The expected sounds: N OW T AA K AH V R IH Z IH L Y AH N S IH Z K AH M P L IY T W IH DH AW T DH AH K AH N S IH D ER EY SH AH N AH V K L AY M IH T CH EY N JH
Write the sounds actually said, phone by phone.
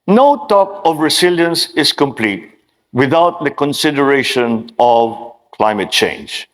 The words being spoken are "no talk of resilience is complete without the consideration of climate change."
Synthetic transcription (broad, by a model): N OW T AA K AH V R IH S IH L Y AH N S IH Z K AH M P L IY T W IH DH AW T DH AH K AH N S IH D ER EY SH AH N AH V K L AY M IH T CH EY N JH